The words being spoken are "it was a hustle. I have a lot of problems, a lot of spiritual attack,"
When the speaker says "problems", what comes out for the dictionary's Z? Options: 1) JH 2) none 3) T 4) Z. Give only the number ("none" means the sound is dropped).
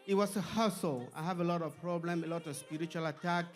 2